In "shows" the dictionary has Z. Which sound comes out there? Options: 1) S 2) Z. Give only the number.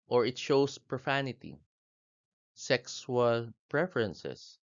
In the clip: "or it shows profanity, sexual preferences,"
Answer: 1